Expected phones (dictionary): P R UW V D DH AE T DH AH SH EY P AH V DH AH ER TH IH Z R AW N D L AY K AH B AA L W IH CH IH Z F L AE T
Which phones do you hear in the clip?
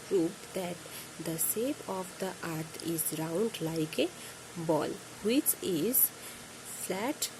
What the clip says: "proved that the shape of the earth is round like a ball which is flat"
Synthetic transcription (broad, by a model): P R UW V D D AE T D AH S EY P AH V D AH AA T IH Z R AW N D L AY K AH B AA L W IH CH IH Z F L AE T